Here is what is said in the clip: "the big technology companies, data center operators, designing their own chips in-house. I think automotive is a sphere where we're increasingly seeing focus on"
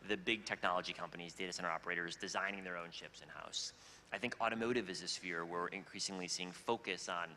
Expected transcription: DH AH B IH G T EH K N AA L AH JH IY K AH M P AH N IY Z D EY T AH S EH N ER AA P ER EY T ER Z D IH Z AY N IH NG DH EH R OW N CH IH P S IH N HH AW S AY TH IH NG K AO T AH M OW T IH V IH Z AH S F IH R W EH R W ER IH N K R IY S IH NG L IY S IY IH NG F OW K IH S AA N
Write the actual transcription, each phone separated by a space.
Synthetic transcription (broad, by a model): DH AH B IH G T EH K N AA L AH JH IY K AH M P AH N IY Z D EY T AH S EH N ER AA P ER EY T ER Z D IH Z AY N IH NG DH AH R OW N SH IH P S IH N HH AW S AY TH IH NG K AO T AH M OW T IH V IH Z AH S F IH R W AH R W IH N K R IY S IH NG L IY S IY IH NG F OW K IH S N